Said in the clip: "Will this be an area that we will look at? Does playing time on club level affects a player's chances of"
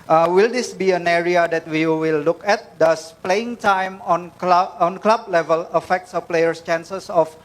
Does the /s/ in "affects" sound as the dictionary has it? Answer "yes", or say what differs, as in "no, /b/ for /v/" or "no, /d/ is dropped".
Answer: yes